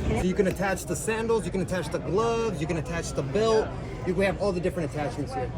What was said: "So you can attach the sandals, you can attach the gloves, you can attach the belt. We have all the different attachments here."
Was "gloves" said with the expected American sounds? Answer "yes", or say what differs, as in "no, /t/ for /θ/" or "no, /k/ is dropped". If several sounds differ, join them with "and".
yes